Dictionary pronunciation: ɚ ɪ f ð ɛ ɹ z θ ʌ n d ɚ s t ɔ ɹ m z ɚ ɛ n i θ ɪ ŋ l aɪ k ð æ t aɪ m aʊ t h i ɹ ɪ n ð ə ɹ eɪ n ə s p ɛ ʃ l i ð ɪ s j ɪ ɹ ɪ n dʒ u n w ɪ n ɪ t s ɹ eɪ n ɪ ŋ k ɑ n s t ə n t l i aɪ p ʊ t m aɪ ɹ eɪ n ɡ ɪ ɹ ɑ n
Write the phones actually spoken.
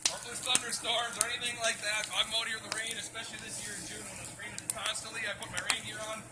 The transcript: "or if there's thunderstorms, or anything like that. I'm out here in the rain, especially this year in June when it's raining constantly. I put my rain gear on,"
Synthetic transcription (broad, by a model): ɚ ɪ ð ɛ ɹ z θ ʌ n d ɚ s t ɔ ɹ m z ɚ ɛ n i θ ɪ ŋ l aɪ k ð æ t aɪ m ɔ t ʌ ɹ ð ə ɹ eɪ n ə s p ɛ ʃ l i ð ɪ s j ɪ ɹ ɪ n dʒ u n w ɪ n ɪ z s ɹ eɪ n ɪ k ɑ n s t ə n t l i aɪ p ʊ t m aɪ ɹ eɪ n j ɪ ɹ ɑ n